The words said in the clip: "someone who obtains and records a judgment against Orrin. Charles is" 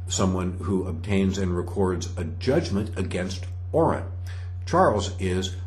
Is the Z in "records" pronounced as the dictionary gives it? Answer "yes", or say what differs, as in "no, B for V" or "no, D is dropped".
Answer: yes